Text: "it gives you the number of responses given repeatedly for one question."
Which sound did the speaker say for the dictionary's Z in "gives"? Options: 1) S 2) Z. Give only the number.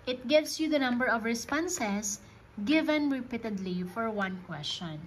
1